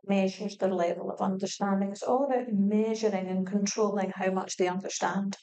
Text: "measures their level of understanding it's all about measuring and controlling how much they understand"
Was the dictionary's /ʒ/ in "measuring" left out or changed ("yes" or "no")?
no